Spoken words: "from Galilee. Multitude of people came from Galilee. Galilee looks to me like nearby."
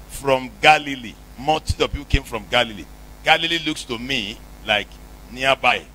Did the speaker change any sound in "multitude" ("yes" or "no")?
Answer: yes